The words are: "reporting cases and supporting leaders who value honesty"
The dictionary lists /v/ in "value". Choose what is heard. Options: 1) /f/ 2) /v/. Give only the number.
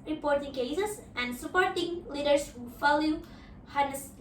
1